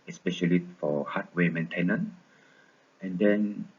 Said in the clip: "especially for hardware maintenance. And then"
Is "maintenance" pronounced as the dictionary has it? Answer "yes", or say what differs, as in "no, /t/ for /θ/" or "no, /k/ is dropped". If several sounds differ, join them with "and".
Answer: no, /s/ is dropped